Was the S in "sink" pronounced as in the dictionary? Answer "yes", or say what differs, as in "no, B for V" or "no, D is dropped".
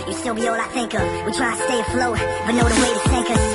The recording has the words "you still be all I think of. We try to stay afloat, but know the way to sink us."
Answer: no, TH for S